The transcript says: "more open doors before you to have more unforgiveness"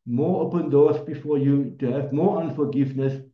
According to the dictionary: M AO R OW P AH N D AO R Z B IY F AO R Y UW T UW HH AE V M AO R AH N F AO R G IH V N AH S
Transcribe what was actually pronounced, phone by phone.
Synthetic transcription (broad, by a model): M AO R OW P AH N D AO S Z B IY F AO Y UW T UW HH AE V M AO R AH N F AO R G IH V N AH S